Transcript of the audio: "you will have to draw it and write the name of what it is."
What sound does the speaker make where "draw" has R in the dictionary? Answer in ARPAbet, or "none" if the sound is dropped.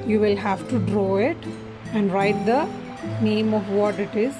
R